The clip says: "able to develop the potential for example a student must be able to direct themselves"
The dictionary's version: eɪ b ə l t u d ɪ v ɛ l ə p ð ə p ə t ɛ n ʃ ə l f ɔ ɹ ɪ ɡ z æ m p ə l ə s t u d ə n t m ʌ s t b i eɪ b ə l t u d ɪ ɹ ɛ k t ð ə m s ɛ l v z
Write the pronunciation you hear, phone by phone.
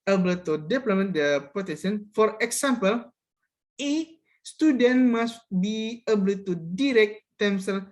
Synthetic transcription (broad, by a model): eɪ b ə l t u d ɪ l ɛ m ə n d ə p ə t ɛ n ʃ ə n f ɔ ɹ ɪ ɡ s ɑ m p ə l ə s t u d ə n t m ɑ s b i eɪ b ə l t u d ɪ ɹ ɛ k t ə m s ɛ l